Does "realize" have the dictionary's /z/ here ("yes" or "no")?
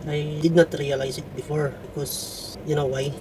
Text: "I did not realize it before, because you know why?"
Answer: no